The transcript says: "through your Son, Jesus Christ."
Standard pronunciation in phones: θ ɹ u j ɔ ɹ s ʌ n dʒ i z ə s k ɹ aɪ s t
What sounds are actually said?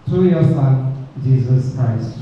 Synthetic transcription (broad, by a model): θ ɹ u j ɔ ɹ s ʌ n dʒ i z ə s k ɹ aɪ s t